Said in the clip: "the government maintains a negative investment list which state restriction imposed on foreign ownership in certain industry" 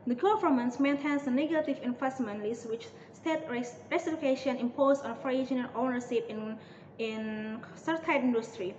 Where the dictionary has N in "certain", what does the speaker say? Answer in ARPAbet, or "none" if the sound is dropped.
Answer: none